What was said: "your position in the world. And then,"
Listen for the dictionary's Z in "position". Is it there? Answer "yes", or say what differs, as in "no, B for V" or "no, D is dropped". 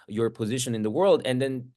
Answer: yes